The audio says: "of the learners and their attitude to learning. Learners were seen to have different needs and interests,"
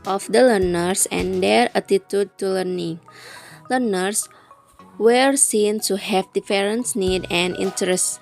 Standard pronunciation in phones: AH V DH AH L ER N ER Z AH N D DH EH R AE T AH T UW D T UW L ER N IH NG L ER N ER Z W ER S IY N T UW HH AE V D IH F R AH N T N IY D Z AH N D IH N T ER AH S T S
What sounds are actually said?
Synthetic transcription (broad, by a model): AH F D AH L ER N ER S AH N D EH R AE T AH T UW D T UW L ER N IH NG L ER N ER S W ER S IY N T UW HH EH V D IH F R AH N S N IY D AH N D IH N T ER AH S S